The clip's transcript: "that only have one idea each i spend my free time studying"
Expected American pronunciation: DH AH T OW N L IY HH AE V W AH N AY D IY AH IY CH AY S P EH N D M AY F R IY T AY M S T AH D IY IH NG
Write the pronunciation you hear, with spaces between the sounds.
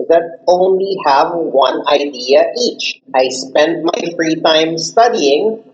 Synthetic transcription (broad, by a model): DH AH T OW N L IY HH AE V W AH N AY D IY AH IY CH AY S P EH N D M AY F R IY T AY M S T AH D IY IH NG